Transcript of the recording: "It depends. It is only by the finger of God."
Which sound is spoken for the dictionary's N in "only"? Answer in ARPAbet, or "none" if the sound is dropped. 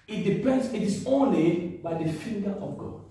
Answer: N